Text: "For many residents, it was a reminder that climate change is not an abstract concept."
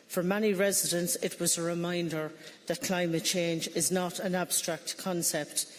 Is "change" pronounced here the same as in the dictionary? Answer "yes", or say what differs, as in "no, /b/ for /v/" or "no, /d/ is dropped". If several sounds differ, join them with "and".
yes